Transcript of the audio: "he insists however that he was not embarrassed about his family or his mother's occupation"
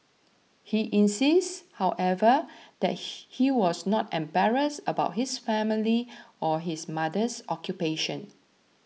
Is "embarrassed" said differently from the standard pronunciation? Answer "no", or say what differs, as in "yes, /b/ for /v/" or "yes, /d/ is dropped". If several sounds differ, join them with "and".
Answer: yes, /t/ is dropped